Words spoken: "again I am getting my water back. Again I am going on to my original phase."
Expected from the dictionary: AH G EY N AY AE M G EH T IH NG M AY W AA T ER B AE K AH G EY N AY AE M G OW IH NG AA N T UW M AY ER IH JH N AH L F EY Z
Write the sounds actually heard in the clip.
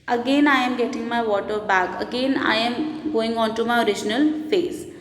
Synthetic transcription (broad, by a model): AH G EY N AY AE M G EH T IH NG M AY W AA T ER B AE K AH G EY N AY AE M G OW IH NG AA N T UW M AY ER IH JH N AH L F EY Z